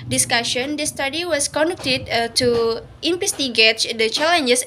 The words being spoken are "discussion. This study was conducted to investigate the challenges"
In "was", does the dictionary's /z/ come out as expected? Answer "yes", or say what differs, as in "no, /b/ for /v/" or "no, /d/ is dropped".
no, /s/ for /z/